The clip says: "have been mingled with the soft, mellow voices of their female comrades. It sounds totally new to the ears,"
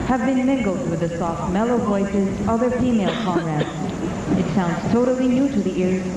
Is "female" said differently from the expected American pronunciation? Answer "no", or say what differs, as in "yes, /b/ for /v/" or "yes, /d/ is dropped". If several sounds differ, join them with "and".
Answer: no